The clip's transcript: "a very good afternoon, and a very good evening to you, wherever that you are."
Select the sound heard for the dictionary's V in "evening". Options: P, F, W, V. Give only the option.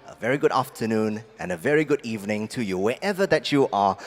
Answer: V